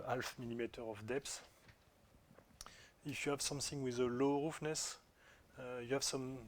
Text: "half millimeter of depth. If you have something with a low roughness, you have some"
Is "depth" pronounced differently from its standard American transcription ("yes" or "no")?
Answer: yes